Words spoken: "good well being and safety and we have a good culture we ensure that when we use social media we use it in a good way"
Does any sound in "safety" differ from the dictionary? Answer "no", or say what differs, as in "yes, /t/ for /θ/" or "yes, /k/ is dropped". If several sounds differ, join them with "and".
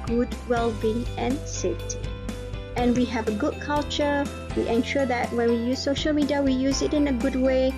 yes, /f/ is dropped